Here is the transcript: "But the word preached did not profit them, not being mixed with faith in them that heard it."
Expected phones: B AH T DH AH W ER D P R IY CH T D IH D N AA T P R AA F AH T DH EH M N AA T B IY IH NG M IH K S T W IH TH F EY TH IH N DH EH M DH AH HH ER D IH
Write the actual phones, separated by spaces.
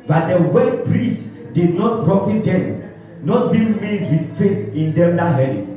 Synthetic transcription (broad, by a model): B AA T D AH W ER P R IY S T D IH D N AA T P R AA F AH T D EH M N AA T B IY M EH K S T W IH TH F EY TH IH N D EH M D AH HH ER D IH